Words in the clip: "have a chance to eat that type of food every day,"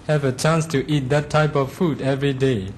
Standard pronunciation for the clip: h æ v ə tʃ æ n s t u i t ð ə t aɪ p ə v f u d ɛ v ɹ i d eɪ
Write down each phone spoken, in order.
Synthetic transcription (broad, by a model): h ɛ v ə tʃ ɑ n s t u i t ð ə t aɪ p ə f f u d ɛ v ɹ i d eɪ